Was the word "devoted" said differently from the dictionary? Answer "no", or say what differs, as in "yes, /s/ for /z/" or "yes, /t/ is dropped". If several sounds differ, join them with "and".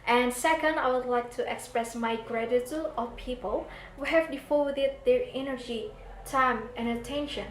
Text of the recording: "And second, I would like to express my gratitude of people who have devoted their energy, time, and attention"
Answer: yes, /f/ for /v/